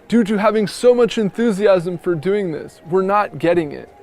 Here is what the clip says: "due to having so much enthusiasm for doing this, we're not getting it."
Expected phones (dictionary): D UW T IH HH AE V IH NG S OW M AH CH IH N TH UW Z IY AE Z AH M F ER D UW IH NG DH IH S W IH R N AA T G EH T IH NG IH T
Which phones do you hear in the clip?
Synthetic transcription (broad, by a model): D UW T IH HH AE V IH NG S OW M AH CH IH N TH UW Z IY AE Z AH M F ER D UW IH NG DH IH S W IH R N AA T G EH T IH NG IH T